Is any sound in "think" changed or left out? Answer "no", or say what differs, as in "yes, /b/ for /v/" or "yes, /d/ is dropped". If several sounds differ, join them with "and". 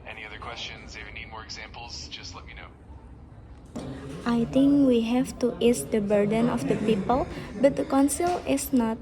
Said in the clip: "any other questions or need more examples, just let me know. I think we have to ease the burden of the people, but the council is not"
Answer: yes, /t/ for /θ/